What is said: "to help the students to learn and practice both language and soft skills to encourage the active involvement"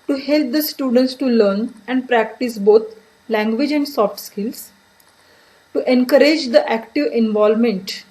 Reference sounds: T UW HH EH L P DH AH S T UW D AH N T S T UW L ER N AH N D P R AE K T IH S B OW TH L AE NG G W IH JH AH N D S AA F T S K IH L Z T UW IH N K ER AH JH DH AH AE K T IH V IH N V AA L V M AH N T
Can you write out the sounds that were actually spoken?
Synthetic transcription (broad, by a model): T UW HH EH L P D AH S T UW D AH N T S T UW L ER N AH N D P R AE K T IH S B OW T L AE NG G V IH JH AH N D S AA F T S K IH L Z T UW IH N K ER AH JH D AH AE K T IH V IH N V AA L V M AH N T